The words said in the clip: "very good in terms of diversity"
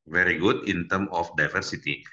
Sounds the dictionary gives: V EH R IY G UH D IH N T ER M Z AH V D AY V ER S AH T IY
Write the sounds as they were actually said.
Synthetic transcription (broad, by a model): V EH R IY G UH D IH N T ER M AH F D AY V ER S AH T IY